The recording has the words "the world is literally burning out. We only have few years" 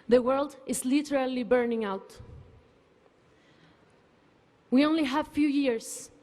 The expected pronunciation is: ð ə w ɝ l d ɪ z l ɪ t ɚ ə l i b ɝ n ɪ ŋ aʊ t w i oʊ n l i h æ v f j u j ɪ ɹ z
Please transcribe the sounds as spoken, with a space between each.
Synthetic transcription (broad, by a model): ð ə w ɝ l d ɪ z l ɪ t ɚ ə l i b ɝ n ɪ ŋ aʊ t w i oʊ n l i h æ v f j u j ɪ ɹ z